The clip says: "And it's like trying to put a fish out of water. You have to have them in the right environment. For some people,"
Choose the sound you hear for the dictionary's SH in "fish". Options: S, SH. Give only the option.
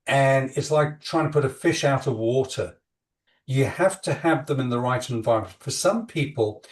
SH